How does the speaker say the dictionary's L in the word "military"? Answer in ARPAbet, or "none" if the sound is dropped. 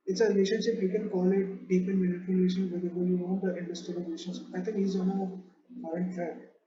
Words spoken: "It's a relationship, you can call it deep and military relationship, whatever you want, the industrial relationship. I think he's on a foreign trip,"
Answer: N